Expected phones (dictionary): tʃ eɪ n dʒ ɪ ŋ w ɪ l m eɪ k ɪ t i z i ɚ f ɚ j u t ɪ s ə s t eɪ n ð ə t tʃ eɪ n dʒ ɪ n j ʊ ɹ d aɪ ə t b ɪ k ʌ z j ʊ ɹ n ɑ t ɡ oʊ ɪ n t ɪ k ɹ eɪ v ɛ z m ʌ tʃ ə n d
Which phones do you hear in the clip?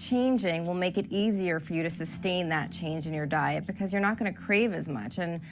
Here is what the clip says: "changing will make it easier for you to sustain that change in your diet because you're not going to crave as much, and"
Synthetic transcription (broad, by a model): tʃ eɪ n dʒ ɪ ŋ w ɪ l m eɪ k ɪ t i z i ɚ f ɚ j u t ɪ s ə s t eɪ n ð ə t tʃ eɪ n dʒ ɪ n j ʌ ɹ d aɪ ə t b ɪ k ʌ z j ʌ ɹ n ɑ t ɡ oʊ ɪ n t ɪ k ɹ eɪ v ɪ z m ʌ tʃ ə n